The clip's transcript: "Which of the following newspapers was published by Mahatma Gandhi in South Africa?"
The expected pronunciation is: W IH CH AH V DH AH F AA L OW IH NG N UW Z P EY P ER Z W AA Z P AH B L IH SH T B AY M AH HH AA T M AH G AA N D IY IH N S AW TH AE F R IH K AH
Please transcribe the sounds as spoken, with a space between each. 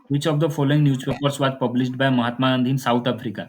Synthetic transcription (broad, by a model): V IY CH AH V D AH F AA L OW IH NG N UW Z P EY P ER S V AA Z P AH B L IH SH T B AY M AH HH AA T M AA N D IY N S AW T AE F R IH K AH